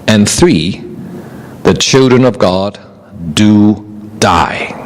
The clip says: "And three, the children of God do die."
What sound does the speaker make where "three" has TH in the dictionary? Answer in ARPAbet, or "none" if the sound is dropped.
TH